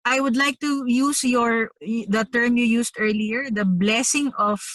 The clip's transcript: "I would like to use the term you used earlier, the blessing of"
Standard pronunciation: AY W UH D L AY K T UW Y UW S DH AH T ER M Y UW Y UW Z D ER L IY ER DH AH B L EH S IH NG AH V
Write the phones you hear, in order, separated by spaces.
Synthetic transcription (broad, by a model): AY W UH D L AY K T UW Y UW S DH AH T ER M Y UW Y UW S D ER L IY ER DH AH B L EH S IH NG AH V